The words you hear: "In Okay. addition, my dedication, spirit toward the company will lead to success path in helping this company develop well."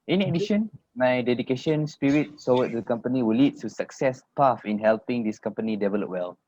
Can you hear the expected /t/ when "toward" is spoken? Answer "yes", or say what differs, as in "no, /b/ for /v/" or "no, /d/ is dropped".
no, /s/ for /t/